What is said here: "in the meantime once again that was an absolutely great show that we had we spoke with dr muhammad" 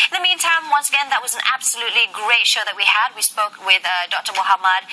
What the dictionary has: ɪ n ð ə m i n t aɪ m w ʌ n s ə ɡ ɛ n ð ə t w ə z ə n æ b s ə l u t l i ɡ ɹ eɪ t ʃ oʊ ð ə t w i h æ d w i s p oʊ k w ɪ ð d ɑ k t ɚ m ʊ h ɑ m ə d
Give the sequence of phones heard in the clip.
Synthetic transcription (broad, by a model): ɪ n ð ə m i n t aɪ m w ʌ n s ə ɡ ɛ n ð ə t w ə z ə n æ b s ə l u t l i ɡ ɹ eɪ t ʃ oʊ ð ə t w i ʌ d w i s p oʊ k w ɪ ð d ɑ k t ɚ m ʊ h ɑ m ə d